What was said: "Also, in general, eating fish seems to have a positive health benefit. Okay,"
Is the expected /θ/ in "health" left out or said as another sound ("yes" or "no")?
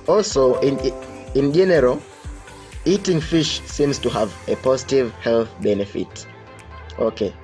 no